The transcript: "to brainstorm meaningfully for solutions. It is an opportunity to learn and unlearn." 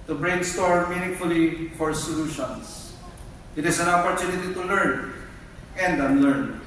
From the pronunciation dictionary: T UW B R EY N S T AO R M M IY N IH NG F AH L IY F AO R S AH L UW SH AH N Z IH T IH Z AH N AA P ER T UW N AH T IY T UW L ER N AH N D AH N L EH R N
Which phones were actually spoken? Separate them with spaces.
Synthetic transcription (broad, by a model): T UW B R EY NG S T AO R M M IY N IH NG F AH L IY F AO R S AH L UW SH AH N S IH T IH S AH N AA P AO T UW N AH T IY T UW L ER N AH N D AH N L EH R N